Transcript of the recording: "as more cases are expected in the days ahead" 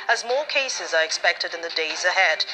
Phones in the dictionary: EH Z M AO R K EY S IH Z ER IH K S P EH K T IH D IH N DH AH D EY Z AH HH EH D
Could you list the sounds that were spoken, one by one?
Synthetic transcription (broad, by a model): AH Z M AO R K EY S IH Z ER IH K S P EH K T IH D IH N DH AH D EY Z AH HH EH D